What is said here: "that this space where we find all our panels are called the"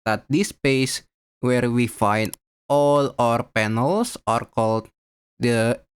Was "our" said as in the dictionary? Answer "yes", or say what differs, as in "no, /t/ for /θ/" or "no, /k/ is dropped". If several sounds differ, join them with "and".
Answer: yes